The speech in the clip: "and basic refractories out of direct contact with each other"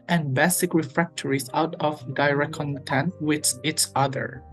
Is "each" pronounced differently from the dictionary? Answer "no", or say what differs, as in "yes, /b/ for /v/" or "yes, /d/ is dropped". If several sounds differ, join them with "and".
yes, /s/ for /tʃ/